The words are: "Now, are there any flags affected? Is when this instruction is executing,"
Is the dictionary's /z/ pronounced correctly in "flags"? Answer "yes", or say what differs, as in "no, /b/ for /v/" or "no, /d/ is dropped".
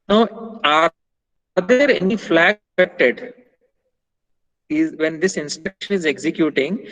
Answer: no, /z/ is dropped